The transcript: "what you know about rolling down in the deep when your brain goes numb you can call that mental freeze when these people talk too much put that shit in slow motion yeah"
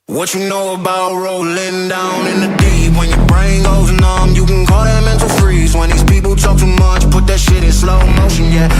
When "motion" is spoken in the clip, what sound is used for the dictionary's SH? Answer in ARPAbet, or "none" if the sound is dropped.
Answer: SH